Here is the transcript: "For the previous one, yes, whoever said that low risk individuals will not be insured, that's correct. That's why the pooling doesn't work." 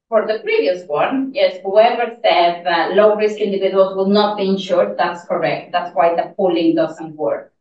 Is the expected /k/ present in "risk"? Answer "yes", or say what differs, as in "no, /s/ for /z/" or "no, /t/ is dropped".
yes